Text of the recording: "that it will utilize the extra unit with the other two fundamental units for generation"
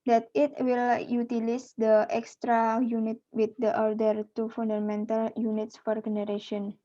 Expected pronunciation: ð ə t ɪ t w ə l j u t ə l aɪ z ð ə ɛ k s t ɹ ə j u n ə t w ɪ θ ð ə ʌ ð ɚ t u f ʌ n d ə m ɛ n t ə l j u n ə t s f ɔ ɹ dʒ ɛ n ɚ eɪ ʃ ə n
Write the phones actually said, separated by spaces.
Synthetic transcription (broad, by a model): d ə t ɪ t w ə l j u t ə l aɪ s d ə ɛ k s t ɹ ə j u n ə t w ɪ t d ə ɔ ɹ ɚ t u f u n d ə m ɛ n t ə l j u n ə t s f ɔ ɹ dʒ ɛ n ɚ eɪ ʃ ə n